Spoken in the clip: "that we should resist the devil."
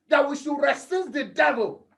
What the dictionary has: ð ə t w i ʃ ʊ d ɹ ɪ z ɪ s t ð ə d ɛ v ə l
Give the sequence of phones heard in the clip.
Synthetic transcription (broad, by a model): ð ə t w i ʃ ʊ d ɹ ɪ s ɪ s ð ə d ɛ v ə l